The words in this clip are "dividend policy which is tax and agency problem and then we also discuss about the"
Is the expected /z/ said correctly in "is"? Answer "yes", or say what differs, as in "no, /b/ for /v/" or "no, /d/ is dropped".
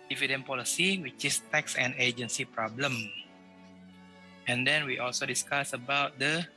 no, /s/ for /z/